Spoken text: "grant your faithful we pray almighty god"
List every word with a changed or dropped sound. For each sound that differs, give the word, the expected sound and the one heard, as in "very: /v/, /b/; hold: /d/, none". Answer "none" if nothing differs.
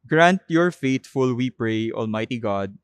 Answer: faithful: /θ/, /t/